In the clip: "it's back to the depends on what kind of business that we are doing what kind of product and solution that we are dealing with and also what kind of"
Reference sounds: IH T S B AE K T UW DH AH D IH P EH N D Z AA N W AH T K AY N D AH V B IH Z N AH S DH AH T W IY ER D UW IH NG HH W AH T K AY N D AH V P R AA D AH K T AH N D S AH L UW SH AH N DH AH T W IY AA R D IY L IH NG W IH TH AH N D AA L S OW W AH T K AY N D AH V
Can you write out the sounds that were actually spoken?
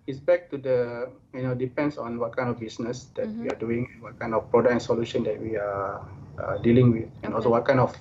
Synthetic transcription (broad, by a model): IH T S B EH K T UW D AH D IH P EH N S AA N W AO T K AY N D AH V B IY S N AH S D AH T W IY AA D UW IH NG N W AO T K AY N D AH F P R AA D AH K AH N S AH L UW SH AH N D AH T W IY AA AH D IY L IH NG W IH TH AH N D AA L S OW W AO T K AY N D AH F